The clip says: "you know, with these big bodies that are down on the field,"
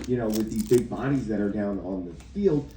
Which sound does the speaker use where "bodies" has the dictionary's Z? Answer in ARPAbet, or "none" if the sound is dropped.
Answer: Z